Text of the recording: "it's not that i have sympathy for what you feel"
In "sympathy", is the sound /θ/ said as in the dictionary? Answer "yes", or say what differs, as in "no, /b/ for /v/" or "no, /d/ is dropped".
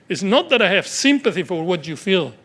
yes